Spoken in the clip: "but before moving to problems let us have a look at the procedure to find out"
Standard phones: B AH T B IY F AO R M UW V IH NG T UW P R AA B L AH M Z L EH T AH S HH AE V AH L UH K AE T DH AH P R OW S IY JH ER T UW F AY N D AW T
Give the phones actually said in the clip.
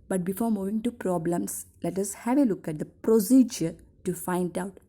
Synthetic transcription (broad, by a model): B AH T B IY F AO R M UW V IH NG T UW P R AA B L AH M S L EH T AH S HH AE V AH L UH K AE T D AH P R OW S IY JH ER T UW F AY N D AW T